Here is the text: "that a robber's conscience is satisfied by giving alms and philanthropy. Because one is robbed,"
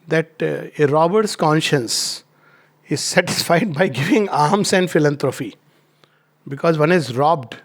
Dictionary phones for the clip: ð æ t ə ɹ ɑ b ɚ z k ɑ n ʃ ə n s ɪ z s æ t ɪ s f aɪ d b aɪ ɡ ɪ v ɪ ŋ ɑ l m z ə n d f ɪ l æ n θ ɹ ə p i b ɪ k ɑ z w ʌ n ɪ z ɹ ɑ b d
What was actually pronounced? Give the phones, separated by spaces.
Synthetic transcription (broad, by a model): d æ t ə ɹ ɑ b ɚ s k ɑ n ʃ ə n s ɪ z s æ t ɪ s f aɪ d b aɪ ɡ ɪ v ɪ ŋ ɑ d m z ə n d f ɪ l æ n t ɹ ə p i b ɪ k ɑ z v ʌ n ɪ z ɹ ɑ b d